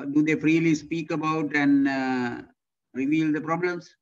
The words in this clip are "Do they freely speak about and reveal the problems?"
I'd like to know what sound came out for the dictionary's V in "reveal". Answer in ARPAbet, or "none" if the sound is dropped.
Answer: V